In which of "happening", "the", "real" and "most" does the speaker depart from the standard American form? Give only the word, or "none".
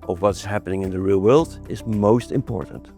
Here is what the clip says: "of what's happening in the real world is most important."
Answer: none